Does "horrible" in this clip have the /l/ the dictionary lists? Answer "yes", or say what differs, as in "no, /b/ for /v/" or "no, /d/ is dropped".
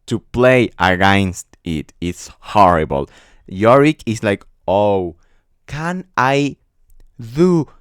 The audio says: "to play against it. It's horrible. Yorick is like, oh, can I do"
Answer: yes